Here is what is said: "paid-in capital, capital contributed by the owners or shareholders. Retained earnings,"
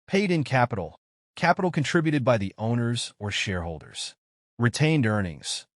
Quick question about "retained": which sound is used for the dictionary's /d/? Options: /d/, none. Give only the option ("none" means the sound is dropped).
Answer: /d/